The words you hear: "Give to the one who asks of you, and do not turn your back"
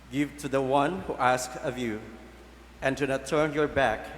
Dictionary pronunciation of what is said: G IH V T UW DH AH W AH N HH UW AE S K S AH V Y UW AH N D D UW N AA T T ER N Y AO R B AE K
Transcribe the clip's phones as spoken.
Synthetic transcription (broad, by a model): G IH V T UW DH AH W AH N HH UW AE S K AH V Y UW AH N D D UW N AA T T ER N Y AO R B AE K